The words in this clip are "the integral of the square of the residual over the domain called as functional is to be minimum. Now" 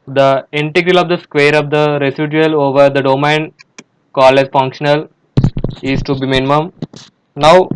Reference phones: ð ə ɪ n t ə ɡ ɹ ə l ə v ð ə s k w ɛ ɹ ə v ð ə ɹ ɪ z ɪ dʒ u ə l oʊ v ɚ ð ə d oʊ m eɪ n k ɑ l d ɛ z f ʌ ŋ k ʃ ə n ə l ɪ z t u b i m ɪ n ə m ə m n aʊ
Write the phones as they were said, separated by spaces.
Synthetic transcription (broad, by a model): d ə ɪ n t ə ɡ ɹ ə l ə v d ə s k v ɛ ɹ ə v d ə ɹ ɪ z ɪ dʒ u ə l oʊ v ɚ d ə d oʊ m eɪ n k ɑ l ɛ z f ʌ ŋ k ʃ ə n ə l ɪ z t u b i m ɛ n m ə m n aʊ